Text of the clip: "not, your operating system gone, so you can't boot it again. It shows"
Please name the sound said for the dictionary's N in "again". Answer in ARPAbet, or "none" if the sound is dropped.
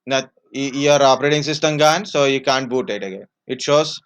none